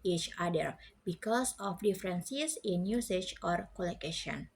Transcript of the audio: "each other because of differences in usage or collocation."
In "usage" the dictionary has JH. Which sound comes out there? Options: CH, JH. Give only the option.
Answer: CH